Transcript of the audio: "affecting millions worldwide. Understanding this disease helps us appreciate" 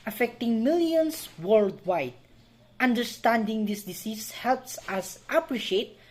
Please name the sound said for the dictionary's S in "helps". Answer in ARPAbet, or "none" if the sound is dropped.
S